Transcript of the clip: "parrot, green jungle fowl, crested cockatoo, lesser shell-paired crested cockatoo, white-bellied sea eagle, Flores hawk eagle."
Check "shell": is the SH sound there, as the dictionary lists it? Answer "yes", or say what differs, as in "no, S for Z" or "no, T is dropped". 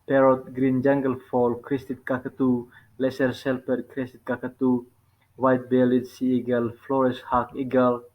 no, S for SH